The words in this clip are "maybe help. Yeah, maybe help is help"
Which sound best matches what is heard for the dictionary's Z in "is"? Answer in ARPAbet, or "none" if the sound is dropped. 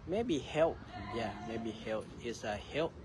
S